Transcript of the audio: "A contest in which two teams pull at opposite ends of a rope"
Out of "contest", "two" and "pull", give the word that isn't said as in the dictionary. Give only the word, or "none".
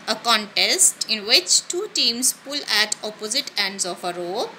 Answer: none